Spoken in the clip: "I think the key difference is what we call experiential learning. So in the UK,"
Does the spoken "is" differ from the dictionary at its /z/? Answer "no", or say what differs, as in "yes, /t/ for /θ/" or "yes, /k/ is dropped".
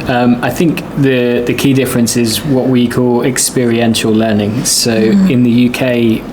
no